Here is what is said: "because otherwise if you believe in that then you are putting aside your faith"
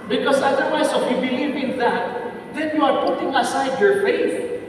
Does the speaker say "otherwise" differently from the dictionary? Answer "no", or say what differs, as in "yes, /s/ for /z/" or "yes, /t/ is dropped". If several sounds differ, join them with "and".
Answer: yes, /s/ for /z/